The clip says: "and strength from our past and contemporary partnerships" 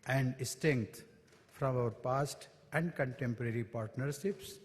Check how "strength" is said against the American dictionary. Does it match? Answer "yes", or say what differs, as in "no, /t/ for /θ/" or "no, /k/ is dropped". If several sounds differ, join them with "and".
no, /ɹ/ is dropped and /t/ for /θ/